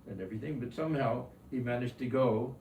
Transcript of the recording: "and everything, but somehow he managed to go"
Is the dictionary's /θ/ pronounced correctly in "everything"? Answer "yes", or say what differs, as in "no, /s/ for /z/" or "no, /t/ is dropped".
yes